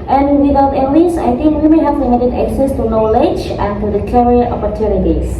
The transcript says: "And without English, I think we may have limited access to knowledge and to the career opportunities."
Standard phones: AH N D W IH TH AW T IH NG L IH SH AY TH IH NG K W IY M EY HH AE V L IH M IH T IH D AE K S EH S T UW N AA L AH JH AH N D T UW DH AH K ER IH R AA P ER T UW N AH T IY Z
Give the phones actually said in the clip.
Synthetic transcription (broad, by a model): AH N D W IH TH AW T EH L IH S AY T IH NG K W IY M EY HH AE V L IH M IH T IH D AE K S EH S T UW N AA L AH JH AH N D T UW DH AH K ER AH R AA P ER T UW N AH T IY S